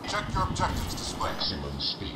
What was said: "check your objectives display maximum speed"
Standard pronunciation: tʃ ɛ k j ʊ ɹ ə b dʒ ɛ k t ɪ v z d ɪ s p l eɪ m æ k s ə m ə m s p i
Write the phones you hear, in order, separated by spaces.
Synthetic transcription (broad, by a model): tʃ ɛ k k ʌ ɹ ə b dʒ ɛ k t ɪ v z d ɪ s p ɑ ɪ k s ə m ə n s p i